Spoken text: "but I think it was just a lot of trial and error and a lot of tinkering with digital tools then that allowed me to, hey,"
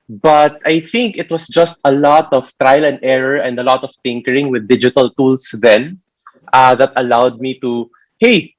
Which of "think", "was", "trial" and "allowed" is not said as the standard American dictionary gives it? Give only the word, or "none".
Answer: was